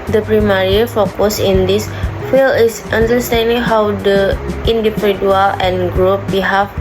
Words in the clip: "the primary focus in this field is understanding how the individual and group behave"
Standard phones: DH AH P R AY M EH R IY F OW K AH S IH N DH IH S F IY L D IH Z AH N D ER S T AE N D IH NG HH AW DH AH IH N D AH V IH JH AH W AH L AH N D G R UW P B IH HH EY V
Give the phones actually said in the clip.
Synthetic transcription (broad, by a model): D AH P R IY M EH R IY F OW K AH S IH N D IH S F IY L IH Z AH N D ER S T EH N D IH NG HH AW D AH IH N D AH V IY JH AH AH L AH N G R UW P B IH HH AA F